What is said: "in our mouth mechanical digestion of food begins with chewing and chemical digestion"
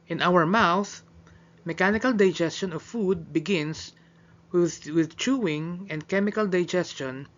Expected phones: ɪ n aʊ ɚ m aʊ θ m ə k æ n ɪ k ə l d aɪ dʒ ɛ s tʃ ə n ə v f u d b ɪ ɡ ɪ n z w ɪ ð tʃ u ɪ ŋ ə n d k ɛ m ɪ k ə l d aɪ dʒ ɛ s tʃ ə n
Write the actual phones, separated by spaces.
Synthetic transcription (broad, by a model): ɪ n aʊ ɚ m aʊ θ m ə k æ n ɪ k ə l d aɪ dʒ ɛ s tʃ ə n ə v f u d b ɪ ɡ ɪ n s w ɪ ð tʃ u ɪ ŋ ə n d k ɛ m ɪ k ə l d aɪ dʒ ɛ s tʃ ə n